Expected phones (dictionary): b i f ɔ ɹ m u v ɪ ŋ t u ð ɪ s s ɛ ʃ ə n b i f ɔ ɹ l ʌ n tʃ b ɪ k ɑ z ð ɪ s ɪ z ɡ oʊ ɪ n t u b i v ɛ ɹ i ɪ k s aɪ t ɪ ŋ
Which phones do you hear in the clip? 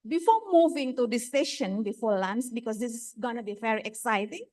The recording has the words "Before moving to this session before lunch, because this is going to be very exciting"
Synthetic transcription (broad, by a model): b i f ɔ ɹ m u v ɪ ŋ t u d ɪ s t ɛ ʃ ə n b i f ɔ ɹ l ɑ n s b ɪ k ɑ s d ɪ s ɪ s ɡ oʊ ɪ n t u b i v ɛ ɹ i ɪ k s aɪ t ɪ ŋ